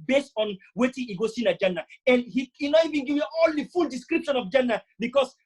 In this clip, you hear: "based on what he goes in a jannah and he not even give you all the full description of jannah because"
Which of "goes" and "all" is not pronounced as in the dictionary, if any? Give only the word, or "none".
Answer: goes